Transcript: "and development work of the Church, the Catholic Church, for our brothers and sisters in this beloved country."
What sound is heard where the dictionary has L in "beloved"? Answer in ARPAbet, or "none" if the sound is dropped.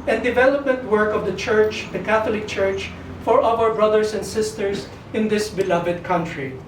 L